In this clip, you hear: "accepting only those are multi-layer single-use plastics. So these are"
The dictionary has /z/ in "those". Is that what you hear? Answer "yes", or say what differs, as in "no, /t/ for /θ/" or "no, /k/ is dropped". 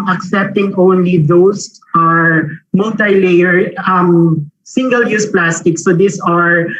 no, /s/ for /z/